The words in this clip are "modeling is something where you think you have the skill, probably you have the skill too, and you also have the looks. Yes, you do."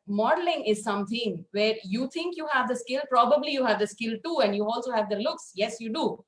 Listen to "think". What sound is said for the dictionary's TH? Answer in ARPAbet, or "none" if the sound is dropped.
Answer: T